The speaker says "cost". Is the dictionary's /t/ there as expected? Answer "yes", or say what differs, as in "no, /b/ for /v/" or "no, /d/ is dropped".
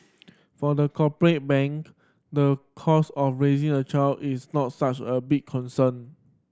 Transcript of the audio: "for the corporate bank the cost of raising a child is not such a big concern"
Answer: no, /t/ is dropped